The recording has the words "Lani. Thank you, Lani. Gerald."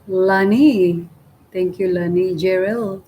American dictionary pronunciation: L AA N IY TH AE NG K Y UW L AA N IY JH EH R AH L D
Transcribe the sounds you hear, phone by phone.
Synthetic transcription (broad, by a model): L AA N IY T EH NG K Y UW L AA N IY JH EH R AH L